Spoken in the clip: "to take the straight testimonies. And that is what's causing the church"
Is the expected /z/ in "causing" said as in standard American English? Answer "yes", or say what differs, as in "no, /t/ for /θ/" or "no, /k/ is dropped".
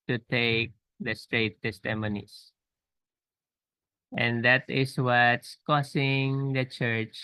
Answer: no, /s/ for /z/